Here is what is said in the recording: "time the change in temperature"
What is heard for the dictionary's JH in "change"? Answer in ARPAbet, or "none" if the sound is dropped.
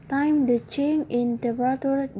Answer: none